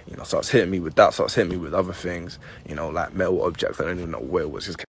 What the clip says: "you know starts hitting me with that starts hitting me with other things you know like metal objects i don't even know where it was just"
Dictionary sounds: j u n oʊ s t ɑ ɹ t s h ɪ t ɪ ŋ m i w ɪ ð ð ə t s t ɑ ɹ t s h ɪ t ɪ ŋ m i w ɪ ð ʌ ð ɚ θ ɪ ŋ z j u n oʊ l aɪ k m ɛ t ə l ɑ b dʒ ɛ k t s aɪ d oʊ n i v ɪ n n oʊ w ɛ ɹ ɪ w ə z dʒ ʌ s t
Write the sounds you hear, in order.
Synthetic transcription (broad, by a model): j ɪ n oʊ s t ɑ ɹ t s h ɪ t ɪ ŋ m i w ɪ ð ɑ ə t s t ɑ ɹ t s h ɪ t ɪ ŋ m i w ɪ ð ʌ ð ɚ θ ɪ ŋ z j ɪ n oʊ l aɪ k m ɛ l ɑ b dʒ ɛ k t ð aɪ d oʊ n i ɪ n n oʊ w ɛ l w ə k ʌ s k